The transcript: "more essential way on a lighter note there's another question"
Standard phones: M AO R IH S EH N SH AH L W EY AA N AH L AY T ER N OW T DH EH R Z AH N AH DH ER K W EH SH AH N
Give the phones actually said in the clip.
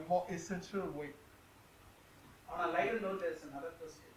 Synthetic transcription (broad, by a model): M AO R IH S EH N SH AH L W EY AA N AH L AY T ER L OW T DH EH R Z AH N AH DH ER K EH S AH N